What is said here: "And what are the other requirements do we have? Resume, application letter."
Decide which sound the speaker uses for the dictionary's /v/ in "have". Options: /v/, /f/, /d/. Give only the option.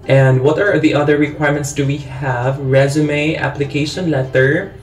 /v/